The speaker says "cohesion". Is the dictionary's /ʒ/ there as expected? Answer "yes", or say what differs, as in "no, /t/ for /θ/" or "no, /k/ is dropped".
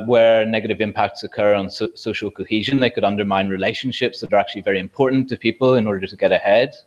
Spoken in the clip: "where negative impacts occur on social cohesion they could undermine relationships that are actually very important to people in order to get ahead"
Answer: yes